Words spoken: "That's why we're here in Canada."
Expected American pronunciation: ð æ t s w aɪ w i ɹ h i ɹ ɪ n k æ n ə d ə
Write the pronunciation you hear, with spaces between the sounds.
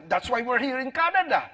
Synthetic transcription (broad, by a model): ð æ t s w aɪ w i ɹ h i ɹ ɪ n k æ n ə d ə